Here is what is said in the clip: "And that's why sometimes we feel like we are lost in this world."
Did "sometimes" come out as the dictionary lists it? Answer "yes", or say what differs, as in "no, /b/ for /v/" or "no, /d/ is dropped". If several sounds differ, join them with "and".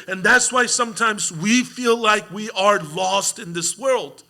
yes